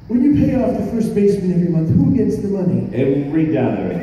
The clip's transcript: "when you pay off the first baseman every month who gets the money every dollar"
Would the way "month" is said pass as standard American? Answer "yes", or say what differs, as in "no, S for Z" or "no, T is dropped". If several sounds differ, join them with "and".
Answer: yes